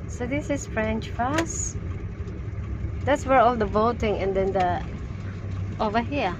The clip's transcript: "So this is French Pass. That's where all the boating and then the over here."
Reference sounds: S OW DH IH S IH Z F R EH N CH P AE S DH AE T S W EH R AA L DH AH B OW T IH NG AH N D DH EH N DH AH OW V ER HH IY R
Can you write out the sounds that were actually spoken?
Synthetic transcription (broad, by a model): S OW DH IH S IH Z F R EH N CH F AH S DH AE T S W EH R AA L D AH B OW T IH NG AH N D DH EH N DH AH OW V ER HH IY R